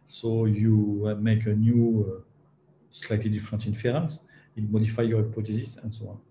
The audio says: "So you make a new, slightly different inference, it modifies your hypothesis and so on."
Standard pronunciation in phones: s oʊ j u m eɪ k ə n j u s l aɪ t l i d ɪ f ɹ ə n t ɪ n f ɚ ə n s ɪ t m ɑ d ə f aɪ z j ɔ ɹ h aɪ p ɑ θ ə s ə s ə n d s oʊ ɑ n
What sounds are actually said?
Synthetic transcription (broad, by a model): s oʊ j u m eɪ k ə n j u s l aɪ t l i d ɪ f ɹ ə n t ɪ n f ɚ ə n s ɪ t m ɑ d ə f aɪ j ɔ ɹ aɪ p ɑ t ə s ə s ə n s oʊ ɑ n